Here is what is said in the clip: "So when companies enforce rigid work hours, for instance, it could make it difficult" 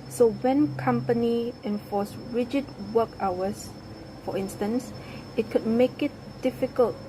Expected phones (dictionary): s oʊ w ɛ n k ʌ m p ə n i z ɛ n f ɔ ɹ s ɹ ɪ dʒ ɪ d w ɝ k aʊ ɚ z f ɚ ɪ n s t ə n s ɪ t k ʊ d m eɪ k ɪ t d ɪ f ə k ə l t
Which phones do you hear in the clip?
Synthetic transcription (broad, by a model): s oʊ w ɛ n k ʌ m p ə n i ɛ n f ɔ s ɹ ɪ dʒ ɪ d w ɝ k aʊ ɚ s f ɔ ɪ n s t ə n s ɪ t k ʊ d m eɪ k ɪ t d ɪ f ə k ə l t